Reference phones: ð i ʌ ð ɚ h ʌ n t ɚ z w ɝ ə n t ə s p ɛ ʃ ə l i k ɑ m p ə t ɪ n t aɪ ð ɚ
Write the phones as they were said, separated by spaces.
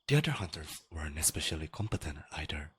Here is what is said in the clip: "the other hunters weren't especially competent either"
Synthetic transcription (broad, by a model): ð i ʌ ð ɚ h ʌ n t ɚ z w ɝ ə n ə s p ɛ ʃ ə l i k ɑ m p ə t ɪ n t aɪ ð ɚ